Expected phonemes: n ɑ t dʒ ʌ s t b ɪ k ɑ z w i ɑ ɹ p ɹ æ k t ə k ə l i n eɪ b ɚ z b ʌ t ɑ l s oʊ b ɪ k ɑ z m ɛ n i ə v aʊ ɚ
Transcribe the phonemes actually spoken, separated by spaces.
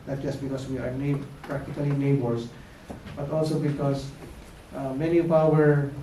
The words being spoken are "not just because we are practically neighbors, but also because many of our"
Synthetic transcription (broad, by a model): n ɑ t dʒ ʌ s t b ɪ k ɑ s w i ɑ ɹ p ɹ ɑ k t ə k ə l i n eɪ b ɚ s b ʌ t ɑ l s oʊ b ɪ k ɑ s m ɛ n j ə p aʊ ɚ